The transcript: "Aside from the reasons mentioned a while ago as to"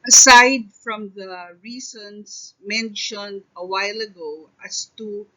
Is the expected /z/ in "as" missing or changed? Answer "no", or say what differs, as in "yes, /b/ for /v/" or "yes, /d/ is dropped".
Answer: yes, /s/ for /z/